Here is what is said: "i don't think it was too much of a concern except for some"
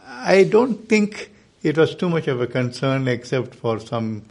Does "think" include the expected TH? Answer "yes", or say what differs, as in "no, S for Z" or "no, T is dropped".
no, T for TH